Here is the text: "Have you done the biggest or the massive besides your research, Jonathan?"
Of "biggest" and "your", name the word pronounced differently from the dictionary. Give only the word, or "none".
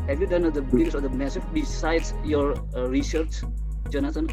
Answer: biggest